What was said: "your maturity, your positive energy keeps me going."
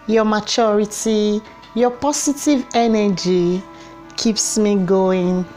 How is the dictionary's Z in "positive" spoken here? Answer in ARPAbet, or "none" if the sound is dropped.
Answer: S